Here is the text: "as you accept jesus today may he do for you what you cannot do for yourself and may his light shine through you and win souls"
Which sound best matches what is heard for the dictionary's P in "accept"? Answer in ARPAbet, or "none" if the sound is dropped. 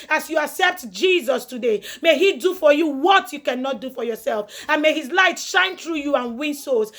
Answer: P